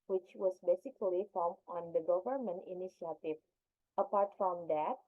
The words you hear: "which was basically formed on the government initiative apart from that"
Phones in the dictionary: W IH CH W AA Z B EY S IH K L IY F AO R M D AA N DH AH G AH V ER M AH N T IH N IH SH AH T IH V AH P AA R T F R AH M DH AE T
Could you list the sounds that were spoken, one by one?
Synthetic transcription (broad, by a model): W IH CH W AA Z B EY S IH K L IY F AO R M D AA N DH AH G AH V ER M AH N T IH N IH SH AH T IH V AH P AA R T F R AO M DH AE T